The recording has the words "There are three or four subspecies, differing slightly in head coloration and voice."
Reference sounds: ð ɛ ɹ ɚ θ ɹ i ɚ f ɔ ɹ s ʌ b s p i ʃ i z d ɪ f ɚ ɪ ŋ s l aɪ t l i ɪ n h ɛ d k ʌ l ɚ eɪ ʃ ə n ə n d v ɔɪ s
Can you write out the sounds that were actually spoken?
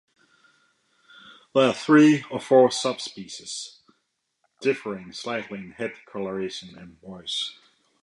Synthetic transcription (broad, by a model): ð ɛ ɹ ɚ θ ɹ i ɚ f ɔ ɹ s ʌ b s p i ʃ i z d ɪ f ɚ ɪ ŋ s l aɪ t l i ɪ n h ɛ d k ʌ l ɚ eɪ ʃ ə n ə n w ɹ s